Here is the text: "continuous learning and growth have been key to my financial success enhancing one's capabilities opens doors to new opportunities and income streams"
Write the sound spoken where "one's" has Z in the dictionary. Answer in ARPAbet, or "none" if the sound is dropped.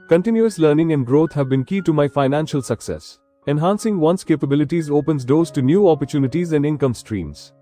S